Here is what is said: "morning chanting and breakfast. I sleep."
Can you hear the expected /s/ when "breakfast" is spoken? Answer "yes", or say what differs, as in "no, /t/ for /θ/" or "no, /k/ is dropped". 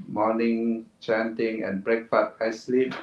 no, /s/ is dropped